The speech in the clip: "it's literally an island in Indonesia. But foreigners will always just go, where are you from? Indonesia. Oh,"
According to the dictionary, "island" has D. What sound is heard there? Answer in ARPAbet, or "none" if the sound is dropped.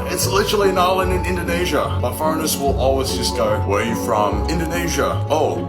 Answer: none